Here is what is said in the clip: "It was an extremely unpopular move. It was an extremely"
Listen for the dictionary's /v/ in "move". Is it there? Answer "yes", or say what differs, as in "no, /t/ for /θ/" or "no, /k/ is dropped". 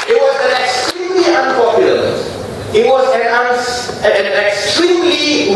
no, /v/ is dropped